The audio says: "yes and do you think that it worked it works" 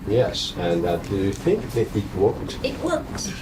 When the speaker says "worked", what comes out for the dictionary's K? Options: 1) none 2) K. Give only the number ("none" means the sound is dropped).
1